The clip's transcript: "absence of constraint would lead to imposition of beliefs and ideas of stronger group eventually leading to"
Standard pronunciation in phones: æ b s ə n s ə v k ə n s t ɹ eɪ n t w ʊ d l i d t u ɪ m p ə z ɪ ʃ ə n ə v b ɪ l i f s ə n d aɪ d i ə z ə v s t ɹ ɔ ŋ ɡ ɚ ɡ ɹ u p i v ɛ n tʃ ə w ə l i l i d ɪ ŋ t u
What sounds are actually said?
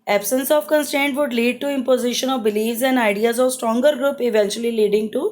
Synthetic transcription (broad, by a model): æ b s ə n s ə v k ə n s t eɪ n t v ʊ d l i d t u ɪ m p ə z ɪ ʃ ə n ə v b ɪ l i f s ə n d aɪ d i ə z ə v s t ɹ ɔ ŋ ɡ ɚ ɡ ɹ u p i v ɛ n tʃ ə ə l i l i d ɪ ŋ t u